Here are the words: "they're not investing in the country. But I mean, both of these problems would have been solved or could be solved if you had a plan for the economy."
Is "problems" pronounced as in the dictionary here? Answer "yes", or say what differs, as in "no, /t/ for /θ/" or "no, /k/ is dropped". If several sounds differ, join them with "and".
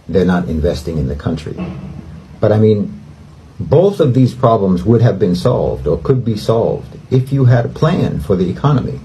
yes